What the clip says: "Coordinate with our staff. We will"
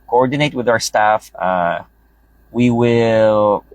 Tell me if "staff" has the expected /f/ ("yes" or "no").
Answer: yes